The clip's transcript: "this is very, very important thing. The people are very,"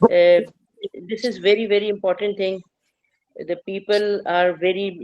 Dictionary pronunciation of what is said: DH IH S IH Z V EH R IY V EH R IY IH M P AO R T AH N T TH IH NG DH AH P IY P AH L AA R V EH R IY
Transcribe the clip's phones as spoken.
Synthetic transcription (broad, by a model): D IH S IH Z V EH R IY V EH R IY IH M P AO R T AH N T T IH NG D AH P IY P AH L AA R V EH R IY